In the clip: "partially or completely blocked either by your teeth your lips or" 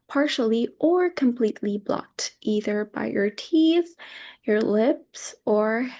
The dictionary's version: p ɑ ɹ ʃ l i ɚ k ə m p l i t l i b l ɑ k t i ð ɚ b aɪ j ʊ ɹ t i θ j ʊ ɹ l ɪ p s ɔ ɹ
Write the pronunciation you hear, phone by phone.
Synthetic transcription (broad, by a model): p ɑ ɹ ʃ l i ɚ k ə m p l i t l i b l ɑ k t i ð ɚ b aɪ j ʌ ɹ t i θ j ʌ ɹ l ɪ p s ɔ ɹ